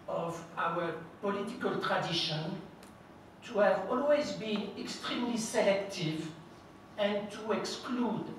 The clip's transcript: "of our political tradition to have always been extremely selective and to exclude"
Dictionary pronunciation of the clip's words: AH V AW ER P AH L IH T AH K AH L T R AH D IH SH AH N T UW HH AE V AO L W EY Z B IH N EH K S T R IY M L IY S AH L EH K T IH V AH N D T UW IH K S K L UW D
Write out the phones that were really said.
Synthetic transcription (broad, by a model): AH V AW ER P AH L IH T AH K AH L T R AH D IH SH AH N T UW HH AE V AO L W EY Z B IH N EH K S T R IY M L IY S AH L EH K T IH V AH N T UW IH K S K L UW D